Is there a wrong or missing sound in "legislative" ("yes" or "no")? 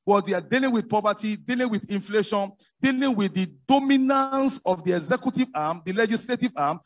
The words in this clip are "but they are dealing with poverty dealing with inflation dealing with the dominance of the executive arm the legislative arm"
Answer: no